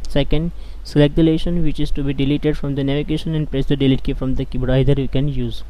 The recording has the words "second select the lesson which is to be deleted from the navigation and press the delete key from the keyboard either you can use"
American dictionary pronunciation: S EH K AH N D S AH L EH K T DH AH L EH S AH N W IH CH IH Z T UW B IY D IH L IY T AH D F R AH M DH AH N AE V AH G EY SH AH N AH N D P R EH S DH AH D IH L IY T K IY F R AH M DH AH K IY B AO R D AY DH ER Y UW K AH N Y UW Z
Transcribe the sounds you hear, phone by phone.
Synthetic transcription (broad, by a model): S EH K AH N D S AH L EH K T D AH L EH SH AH N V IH CH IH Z T UW B IY D IH L IY T AH D F R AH M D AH N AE V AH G EY SH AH N AH N D P R EH S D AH D IH L IY T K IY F R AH M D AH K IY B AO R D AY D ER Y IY K AH N Y UW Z